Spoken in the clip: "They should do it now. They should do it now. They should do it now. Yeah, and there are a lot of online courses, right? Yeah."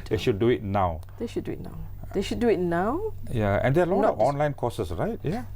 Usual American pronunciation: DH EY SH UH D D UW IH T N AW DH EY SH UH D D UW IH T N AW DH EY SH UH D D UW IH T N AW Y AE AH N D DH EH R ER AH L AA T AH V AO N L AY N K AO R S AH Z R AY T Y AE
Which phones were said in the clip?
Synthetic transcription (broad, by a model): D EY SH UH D D UW IH T N AW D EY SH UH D D UW IH T N AW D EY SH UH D D UW IH T N AW Y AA AH N D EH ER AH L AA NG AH AO N L AY N K AO S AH S R AY T Y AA